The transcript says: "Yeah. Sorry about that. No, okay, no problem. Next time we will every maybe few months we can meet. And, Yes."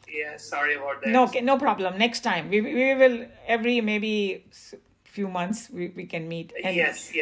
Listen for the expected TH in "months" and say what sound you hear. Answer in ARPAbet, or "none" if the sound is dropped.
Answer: T